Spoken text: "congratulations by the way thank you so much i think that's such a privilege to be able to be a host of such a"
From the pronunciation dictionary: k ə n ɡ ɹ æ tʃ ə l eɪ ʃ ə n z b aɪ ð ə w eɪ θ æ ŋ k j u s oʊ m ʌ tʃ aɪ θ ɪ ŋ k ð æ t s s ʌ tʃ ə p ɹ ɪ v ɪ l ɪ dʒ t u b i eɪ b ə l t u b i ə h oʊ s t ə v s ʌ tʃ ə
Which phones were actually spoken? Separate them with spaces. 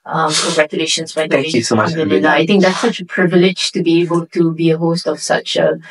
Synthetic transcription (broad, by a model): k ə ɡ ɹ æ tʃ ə l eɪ ʃ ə n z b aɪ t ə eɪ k j u s oʊ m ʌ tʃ aɪ t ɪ ŋ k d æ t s s ʌ tʃ ə p ɹ ɪ v ɪ l ɪ dʒ t u b i eɪ b ə l t u b i ə h oʊ s t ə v s ʌ tʃ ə